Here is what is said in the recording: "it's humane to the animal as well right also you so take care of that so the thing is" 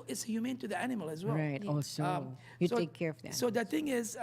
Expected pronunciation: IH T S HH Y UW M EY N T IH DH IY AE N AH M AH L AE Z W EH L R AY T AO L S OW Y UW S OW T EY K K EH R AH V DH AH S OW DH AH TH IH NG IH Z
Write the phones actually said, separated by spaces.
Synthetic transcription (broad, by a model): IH T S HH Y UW M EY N T IH DH IY AE N AH M AH L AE Z W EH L R AY T AO S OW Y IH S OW T EY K K EH R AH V DH AH S OW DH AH TH IH NG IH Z